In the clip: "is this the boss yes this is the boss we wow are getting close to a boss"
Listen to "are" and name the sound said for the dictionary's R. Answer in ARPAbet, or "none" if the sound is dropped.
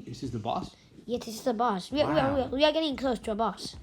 W